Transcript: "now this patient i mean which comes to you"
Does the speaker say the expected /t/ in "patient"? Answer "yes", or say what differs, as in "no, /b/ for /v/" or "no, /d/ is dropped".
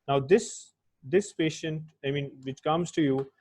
yes